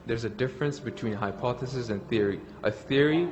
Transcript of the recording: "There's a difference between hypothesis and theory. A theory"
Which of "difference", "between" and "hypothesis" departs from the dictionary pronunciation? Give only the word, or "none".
none